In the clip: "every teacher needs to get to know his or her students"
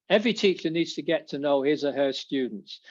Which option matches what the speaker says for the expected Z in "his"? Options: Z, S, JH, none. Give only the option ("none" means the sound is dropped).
Z